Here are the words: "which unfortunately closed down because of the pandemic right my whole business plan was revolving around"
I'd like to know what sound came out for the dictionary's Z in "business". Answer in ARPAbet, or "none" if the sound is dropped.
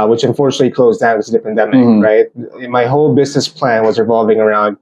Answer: Z